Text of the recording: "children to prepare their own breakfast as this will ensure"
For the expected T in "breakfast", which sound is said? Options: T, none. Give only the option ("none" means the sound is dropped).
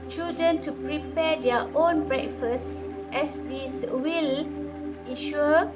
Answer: T